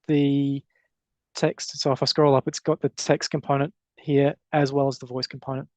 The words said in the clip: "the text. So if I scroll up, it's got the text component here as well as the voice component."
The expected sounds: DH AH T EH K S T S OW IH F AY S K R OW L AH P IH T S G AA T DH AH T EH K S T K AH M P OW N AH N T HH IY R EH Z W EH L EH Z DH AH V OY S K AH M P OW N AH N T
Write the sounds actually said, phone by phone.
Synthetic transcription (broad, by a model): DH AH T EH K S T S OW IH F AY S K R OW L AH P IH T S G AA T DH AH T EH K S T K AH M P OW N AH N T HH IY R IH Z W EH L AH Z DH AH V OY S K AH M P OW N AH N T